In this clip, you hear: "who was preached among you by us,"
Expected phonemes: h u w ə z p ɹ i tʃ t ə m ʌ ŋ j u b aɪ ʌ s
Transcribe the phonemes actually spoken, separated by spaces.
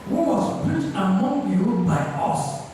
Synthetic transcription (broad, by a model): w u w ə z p u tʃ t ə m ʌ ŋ j u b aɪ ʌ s